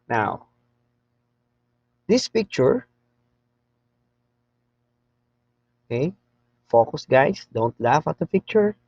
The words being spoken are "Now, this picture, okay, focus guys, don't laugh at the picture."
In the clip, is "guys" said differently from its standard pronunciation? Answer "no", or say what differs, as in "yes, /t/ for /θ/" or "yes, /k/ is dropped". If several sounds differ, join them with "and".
yes, /s/ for /z/